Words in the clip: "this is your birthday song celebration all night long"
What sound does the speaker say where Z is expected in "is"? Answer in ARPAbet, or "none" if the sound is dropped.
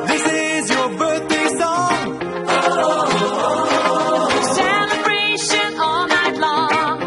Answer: Z